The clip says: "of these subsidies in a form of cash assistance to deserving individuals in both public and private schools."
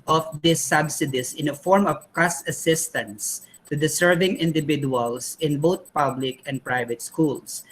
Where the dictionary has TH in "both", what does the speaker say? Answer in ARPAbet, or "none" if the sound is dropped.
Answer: T